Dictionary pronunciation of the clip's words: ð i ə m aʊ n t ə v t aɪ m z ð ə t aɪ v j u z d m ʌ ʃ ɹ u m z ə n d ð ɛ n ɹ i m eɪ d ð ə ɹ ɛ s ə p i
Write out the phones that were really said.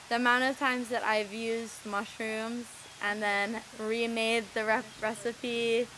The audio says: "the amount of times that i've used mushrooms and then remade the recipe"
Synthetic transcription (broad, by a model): ð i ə m aʊ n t ə v t aɪ m z ð ə t aɪ v j u z m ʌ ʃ ɹ u m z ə n ð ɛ n ɹ i m eɪ d ð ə ɹ ɛ s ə p i